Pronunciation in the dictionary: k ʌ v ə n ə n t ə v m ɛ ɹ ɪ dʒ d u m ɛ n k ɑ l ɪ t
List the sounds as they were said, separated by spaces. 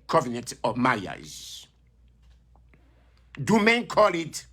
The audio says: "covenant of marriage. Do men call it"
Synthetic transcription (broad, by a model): k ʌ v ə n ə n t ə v m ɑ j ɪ z d u m ɛ n k ɑ l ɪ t